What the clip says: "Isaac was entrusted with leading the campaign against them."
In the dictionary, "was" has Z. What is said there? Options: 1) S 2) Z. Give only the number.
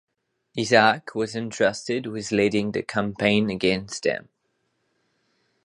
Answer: 2